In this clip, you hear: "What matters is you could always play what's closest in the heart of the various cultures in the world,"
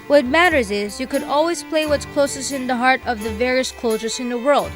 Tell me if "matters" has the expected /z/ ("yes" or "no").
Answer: yes